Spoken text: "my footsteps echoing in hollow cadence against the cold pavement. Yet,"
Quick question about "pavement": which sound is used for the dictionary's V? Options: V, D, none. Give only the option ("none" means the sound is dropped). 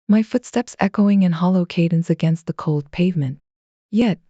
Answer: V